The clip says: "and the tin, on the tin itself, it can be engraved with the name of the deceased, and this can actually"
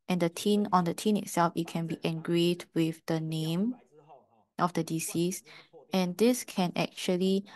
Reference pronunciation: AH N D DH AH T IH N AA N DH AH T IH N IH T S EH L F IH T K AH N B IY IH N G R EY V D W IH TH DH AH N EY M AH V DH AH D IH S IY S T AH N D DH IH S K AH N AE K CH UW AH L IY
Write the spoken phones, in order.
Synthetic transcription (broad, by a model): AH N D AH T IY N AA N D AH T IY N IH T S EH L F IH T K AH N B IY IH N G R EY D W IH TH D AH N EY M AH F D AH D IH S IY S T AH N D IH S K AH N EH K CH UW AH L IY